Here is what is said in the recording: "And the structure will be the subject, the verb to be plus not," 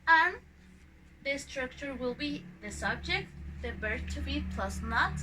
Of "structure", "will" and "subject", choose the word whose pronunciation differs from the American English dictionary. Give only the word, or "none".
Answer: none